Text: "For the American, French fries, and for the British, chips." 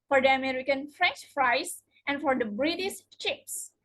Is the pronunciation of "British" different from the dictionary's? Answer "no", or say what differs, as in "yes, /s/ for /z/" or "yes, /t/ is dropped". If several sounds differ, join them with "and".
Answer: yes, /s/ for /ʃ/